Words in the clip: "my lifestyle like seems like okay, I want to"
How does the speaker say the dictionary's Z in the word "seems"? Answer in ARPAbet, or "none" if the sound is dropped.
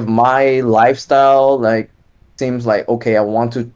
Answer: Z